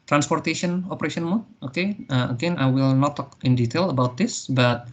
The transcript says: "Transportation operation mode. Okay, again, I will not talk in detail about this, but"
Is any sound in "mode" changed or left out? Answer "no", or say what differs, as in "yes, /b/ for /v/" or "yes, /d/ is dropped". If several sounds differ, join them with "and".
yes, /d/ is dropped